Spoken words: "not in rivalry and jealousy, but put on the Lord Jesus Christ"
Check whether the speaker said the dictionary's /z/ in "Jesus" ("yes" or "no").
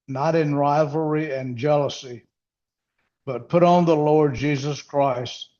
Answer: yes